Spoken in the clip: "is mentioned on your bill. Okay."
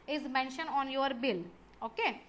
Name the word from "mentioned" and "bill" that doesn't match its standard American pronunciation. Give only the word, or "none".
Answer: mentioned